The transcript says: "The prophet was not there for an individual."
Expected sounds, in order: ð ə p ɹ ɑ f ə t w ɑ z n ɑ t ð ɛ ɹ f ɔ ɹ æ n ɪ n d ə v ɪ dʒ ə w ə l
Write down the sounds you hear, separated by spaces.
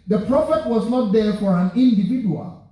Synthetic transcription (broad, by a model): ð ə p ɹ ɑ f ə t w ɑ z n ɑ t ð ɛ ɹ f ɔ ɹ æ n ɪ n d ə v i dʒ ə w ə l